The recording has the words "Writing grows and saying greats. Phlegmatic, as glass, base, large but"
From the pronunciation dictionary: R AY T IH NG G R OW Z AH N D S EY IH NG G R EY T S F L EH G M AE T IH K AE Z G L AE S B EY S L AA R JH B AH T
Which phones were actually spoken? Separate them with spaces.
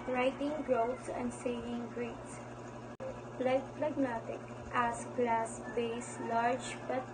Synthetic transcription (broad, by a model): R AY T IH NG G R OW S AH N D S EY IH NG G R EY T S P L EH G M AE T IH K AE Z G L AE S B EY S L AA R JH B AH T